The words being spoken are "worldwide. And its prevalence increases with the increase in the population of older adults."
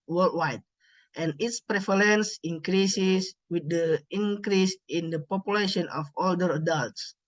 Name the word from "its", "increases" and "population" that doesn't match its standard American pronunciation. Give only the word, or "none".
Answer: increases